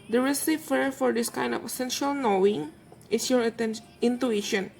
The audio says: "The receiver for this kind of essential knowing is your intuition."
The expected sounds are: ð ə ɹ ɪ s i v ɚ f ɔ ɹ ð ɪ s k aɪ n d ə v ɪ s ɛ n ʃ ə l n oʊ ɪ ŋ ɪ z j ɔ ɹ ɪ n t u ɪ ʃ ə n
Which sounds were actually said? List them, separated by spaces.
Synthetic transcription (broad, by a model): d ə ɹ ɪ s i f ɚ f ɔ ɹ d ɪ s k aɪ n d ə f ɪ s ɛ n ʃ ə l n oʊ ɪ ŋ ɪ s j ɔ ɹ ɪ n t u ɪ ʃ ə n